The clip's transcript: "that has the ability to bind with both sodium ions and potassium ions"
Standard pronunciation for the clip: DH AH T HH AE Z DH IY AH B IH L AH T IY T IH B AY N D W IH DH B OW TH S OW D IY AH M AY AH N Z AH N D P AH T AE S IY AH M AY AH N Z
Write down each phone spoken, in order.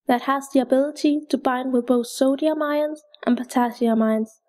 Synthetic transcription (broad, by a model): DH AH T HH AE Z DH IY AH B IH L AH T IY T IH B AY N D W IH DH B OW TH S OW D IY AH M AY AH N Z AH N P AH T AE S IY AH M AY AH N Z